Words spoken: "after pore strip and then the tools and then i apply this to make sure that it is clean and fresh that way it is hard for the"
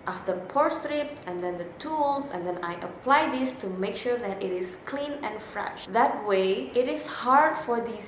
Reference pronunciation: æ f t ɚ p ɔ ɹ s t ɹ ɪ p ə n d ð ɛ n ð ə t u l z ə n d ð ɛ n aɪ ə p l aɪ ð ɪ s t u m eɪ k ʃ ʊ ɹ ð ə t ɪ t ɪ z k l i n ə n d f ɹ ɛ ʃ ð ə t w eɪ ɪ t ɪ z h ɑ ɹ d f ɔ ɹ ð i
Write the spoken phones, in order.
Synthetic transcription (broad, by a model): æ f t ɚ p ɔ ɹ s t ɹ ɪ p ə n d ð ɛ n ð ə t u l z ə n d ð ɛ n aɪ ə p l aɪ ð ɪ s t u m eɪ k ʃ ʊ ɹ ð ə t ɪ t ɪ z k l i n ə n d f ɹ ɛ ʃ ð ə t w eɪ ɪ t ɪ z h ɑ ɹ d f ɔ ɹ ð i